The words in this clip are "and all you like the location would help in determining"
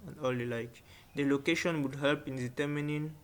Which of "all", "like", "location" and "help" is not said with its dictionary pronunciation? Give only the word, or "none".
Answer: none